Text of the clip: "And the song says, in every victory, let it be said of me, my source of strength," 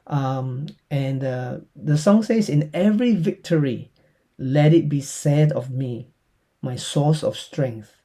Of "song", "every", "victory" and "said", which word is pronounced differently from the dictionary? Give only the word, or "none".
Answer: none